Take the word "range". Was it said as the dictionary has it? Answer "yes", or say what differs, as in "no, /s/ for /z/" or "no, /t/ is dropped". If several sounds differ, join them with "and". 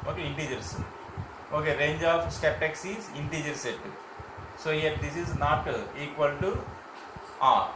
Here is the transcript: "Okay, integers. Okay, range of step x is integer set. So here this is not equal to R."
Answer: yes